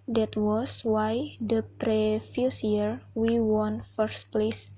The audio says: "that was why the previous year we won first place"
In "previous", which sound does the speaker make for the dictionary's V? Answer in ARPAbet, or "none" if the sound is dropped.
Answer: F